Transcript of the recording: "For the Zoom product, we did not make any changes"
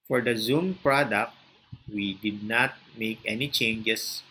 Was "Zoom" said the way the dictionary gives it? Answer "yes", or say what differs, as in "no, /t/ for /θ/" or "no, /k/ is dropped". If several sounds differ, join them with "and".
yes